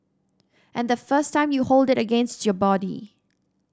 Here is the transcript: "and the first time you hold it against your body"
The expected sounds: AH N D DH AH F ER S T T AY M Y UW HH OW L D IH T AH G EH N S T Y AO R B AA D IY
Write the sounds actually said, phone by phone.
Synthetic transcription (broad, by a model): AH N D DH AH F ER S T T AY M Y UW HH OW L D IH T AH G EH N S T Y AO B AA D IY